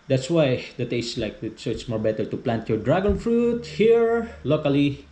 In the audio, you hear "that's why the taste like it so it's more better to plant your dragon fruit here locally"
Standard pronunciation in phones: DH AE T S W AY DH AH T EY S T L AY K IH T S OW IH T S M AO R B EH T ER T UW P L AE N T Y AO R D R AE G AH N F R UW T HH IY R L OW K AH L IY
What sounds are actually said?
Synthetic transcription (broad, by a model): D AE T S W AY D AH T EY S T L AY K IH T S OW IH T S M AO R B EH T ER T UW P L AE N T Y AO R D R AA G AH N F R UW T HH IY R L OW K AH L IY